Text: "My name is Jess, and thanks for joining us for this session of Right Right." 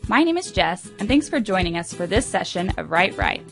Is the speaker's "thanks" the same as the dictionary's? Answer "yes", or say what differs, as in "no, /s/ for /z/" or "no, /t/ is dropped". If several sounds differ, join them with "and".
yes